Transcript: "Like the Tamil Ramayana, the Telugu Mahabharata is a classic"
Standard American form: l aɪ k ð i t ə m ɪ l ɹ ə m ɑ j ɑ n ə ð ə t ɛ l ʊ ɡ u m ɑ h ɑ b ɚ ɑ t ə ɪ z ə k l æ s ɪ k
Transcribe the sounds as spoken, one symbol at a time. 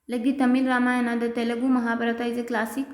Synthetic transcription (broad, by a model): l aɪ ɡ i t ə m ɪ l ɹ ə m ɑ j ɑ n ə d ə t ɛ l ʊ ɡ u m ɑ h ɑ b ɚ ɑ t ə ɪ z ə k l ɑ s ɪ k